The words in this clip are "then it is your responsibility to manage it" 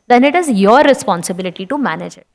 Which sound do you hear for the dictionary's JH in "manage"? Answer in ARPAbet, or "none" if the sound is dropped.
JH